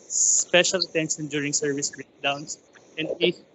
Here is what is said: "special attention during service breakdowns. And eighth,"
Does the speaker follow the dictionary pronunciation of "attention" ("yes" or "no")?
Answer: no